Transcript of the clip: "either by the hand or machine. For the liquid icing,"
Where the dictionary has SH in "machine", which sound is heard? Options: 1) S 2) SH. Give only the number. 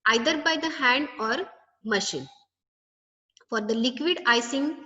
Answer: 2